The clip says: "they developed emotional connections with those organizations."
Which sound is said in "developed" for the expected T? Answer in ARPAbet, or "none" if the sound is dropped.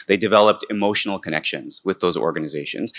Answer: T